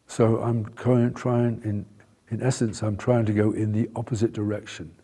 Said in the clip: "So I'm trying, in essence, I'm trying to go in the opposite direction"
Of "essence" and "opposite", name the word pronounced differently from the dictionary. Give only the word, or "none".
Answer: none